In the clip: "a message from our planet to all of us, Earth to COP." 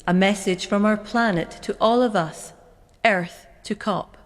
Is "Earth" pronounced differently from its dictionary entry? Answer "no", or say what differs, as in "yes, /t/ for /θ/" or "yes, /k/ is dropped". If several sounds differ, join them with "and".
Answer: no